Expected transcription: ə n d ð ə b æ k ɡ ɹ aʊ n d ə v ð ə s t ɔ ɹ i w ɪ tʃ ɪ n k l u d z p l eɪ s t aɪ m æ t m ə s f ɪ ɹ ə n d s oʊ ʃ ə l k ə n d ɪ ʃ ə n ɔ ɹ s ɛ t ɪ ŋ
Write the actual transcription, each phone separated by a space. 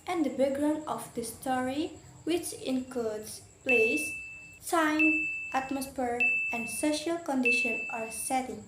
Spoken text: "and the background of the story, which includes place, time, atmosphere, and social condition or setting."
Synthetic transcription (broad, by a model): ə n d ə b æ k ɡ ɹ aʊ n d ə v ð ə s t ɔ ɹ i w ɪ tʃ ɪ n k l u d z p l eɪ s s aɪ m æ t m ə s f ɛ ɹ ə n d s oʊ ʃ ə l k ə n d ɪ ʃ ə n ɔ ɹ s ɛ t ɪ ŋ